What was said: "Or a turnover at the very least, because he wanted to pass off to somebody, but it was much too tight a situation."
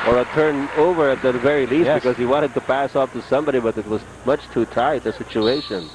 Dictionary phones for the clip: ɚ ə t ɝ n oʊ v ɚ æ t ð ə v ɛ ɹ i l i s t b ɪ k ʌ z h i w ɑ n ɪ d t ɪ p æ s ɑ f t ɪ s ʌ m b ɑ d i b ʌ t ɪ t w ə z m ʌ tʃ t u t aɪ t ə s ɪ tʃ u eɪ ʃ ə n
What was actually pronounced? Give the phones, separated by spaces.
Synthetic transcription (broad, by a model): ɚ ə t ɝ n oʊ v ɚ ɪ t ð ə v ɛ ɹ i l i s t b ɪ k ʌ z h i w ɑ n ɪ d t ɪ p æ s ɑ f t ɪ s ʌ m b ɑ d i b ʌ t ɪ t w ə z m ʌ tʃ t u t aɪ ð ə s ɪ tʃ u eɪ ʃ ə n